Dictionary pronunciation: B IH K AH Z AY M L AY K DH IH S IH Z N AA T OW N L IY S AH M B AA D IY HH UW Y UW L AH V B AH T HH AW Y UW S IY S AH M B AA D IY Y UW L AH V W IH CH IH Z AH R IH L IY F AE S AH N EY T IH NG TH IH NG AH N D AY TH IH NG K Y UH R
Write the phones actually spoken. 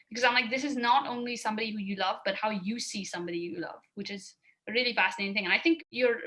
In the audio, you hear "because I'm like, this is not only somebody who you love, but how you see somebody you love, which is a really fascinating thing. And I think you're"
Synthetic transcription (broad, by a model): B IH K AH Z AY M L AY K DH IH S IH Z N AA T OW N L IY S AH M B AA D IY HH UW Y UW L AH V B AH T HH AW Y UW S IY S AH M B AA D IY Y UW L AH V W IH CH IH Z AH R IH L IY F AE S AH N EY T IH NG TH IH NG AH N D AY TH IH NG K Y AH R